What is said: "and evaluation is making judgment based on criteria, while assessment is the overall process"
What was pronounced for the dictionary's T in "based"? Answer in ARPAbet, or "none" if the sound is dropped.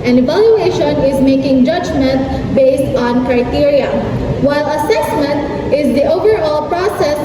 T